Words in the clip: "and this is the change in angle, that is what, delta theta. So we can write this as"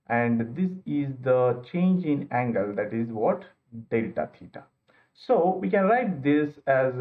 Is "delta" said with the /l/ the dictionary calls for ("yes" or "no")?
yes